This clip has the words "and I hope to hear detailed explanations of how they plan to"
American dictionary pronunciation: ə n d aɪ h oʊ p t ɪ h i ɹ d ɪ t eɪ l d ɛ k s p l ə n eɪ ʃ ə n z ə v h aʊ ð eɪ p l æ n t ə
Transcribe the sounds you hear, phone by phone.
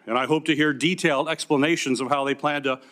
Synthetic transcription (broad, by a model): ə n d aɪ h oʊ p t ɪ h i ɹ d ɪ t eɪ l d ɛ k s p l ə n eɪ ʃ ə n z ə v h aʊ ð eɪ p l æ n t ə